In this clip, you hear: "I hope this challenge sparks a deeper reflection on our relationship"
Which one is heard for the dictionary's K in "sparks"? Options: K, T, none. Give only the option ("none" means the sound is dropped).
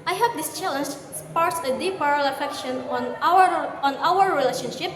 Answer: none